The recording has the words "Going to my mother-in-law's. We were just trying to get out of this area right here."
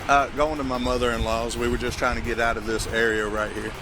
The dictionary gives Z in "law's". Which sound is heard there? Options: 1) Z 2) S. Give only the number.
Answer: 1